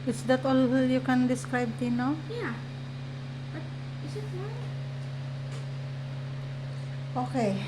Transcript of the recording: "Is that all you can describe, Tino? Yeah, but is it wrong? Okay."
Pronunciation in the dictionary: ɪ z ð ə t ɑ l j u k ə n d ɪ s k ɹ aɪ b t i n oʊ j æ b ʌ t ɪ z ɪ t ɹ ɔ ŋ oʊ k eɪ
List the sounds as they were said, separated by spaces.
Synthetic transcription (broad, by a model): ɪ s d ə t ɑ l j u k ə n d ɪ s k ɹ aɪ b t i n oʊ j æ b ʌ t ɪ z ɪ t w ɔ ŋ oʊ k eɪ